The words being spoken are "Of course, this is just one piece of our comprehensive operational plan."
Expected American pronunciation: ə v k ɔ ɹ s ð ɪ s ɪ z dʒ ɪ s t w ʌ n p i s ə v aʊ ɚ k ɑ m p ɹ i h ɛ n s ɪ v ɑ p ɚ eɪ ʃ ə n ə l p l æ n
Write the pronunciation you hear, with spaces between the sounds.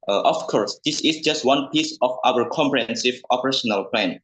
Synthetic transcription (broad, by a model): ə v k ɔ ɹ s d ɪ s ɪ s dʒ ɪ s t w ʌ n p i s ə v aʊ ɚ k ɑ m p ɹ i h ɛ n s ɪ v ɑ p ɚ eɪ ʃ ə n ə l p l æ n